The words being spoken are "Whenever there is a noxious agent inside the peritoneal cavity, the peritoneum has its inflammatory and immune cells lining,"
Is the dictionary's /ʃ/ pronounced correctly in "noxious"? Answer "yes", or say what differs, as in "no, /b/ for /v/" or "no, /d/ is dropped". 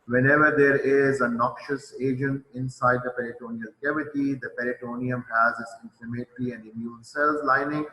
yes